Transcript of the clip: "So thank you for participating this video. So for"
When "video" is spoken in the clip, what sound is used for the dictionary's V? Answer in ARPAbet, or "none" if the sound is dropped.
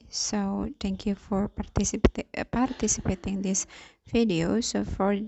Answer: F